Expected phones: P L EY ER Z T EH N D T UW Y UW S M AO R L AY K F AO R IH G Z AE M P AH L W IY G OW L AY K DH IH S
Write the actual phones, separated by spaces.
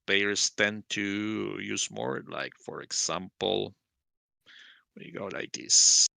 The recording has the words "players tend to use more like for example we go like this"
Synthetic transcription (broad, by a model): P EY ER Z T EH N T UW Y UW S M AO R L AY K F AO R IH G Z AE M P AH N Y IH G OW L AY K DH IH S